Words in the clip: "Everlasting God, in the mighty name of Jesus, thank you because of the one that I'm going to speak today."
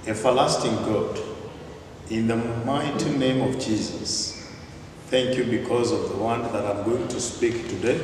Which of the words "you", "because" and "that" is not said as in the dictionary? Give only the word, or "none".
none